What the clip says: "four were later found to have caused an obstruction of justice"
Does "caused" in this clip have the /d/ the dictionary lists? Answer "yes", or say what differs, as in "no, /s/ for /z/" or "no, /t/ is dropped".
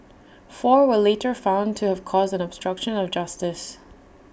yes